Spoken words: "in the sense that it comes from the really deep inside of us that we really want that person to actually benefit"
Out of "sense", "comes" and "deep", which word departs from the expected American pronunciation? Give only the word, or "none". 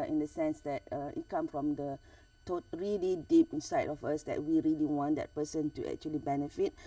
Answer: comes